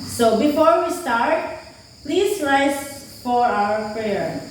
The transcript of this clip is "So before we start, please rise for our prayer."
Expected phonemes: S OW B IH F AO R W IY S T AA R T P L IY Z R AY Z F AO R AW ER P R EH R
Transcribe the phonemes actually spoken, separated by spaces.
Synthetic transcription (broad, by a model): S OW B IH F AO R W IY S T AA R T P L IY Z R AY S F AO R AW ER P R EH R